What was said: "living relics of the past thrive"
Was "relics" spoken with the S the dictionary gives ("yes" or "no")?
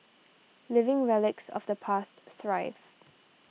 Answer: yes